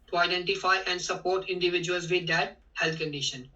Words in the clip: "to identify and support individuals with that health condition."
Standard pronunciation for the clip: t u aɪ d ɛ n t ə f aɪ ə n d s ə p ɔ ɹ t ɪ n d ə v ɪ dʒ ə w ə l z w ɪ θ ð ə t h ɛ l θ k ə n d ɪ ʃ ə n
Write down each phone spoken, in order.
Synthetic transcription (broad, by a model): t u aɪ d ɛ n t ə f aɪ ə n d s ə p ɔ ɹ t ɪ n d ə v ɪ dʒ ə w ə l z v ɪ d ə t h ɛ l t k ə n d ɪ ʃ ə n